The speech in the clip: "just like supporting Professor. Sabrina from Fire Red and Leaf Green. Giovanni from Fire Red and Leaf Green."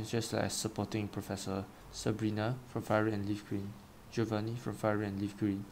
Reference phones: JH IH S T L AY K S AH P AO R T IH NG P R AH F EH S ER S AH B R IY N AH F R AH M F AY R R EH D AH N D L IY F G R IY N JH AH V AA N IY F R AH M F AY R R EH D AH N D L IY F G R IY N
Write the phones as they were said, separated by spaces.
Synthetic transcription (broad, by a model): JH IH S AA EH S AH P AO T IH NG P R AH F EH S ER S AH B R IY N AH F R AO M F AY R R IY AH N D L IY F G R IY N JH AH V AA N IY F R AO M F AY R R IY AH N L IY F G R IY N